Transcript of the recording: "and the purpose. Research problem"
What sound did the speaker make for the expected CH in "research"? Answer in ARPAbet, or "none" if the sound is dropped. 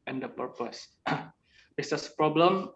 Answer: S